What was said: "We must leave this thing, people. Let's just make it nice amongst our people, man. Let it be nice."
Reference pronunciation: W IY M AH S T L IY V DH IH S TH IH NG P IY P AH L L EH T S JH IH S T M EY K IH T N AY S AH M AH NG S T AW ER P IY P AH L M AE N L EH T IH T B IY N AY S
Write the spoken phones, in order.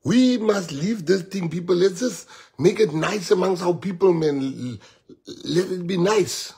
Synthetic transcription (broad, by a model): W IY M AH S T L IY V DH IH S T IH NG P IY P AH L L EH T JH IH S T M EY K IH T N AY S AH M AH NG S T AW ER P IY P AH L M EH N L EH T IH T B IY N AY S